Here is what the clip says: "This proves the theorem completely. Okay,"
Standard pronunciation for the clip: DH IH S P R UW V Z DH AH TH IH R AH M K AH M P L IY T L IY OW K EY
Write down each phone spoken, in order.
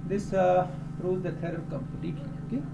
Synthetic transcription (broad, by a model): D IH S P R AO Z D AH T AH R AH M K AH M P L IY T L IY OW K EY